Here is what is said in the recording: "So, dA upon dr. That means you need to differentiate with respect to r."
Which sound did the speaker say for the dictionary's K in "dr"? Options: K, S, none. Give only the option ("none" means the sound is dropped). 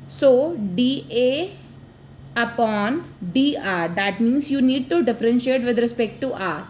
none